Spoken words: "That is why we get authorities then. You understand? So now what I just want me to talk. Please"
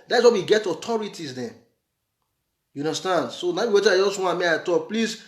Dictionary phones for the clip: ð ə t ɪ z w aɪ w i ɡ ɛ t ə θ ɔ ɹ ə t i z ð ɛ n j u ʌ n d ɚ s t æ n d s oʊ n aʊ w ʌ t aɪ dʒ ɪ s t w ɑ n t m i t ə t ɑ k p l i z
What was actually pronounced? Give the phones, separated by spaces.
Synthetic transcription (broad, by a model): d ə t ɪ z w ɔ w i ɡ ɛ t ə t ɔ ɹ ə t i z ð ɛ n j u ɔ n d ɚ s t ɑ n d s oʊ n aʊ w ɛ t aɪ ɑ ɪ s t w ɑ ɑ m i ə t ɑ k p l i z